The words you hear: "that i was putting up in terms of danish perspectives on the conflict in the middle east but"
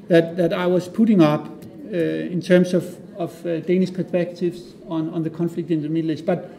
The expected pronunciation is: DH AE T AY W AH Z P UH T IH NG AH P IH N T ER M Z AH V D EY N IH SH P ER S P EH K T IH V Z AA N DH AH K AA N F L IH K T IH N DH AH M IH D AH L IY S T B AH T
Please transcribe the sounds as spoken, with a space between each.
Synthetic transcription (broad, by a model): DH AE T AY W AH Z P UH T IH NG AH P IH N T ER M S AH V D EY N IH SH P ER S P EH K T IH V S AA N DH AH K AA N F L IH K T IH N DH AH M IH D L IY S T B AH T